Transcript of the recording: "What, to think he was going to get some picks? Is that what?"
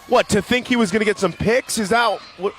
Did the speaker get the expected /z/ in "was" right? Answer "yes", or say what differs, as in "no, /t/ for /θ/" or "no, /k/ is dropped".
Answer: yes